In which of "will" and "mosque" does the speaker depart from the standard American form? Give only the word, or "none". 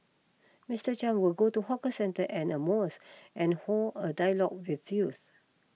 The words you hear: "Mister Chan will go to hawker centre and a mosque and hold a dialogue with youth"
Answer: mosque